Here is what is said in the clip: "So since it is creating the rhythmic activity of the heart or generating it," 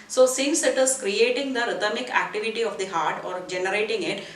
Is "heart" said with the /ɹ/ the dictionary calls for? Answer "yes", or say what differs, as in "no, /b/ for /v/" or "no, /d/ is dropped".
yes